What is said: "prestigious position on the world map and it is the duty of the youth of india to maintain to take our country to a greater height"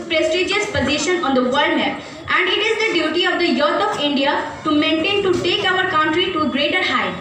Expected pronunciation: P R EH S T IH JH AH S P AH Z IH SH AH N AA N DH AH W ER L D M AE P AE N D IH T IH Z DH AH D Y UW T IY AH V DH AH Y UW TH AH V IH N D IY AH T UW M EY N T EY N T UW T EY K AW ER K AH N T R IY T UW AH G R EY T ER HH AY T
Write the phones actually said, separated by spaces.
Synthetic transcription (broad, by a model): P R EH S T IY JH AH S P AH Z IH SH AH N AA N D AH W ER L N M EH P AE N D IH T IH Z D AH D Y UW T IY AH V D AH Y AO T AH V IH N D IY AH T UW M EY N T EY N T UW T EY K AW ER K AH N T R IY T UW G R EY T ER HH AY